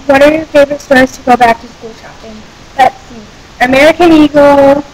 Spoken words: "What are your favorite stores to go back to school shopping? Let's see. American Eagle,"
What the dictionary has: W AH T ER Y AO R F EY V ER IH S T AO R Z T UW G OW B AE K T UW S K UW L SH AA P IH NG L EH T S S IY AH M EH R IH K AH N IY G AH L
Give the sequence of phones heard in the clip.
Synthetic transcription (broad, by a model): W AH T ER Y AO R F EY B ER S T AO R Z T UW G OW B AE K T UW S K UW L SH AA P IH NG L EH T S S IY AH M EH R IH K AH N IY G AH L